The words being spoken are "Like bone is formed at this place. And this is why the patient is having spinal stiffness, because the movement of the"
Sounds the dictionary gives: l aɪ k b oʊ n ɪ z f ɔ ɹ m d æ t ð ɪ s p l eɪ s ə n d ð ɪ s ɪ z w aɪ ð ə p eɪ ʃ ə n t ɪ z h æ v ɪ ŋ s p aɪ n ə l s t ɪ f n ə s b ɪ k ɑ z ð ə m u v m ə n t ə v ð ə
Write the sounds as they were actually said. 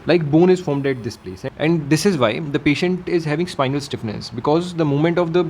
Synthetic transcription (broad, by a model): l aɪ k b oʊ n ɪ z f ɔ ɹ m d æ t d ɪ s p l eɪ s ə n d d ɪ s ɪ z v aɪ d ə p eɪ ʃ ə n t ɪ z h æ v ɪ ŋ s p aɪ n ə l s t ɪ f n ə s b ɪ k ɑ z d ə m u m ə n t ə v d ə